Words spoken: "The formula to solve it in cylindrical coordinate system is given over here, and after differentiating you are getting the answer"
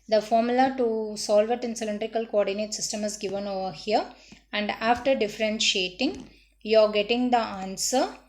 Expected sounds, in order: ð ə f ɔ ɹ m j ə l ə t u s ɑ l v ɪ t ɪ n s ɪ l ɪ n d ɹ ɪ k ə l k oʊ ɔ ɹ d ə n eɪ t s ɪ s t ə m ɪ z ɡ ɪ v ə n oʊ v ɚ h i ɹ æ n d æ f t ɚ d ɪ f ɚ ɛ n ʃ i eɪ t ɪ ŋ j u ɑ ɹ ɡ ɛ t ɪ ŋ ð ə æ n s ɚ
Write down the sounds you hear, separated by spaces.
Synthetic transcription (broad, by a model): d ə f ɔ ɹ m j ə l ə t u s ɑ l v ɪ t ɪ n s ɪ l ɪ n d ɹ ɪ k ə l k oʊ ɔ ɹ d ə n eɪ t s ɪ s t ə m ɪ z ɡ ɪ v ə n oʊ v ɚ h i ɹ æ n d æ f t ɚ d ɪ f ɚ ɛ n ʃ i eɪ t ɪ ŋ j u ɑ ɹ ɡ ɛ t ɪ ŋ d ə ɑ n s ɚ